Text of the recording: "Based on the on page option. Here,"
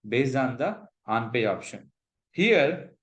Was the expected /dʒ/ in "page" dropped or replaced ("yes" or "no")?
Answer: yes